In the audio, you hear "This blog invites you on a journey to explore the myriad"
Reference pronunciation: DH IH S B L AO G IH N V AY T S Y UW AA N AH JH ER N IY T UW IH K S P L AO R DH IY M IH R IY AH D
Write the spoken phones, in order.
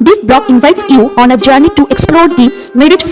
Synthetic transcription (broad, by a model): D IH S B L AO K IH N V AY T S Y UW AA N AH JH ER N IY T UW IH K S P L AO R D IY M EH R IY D